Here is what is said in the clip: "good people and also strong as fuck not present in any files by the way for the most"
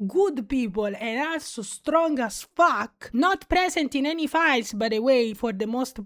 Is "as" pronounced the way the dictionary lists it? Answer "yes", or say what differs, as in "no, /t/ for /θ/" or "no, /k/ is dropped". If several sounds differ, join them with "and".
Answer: no, /s/ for /z/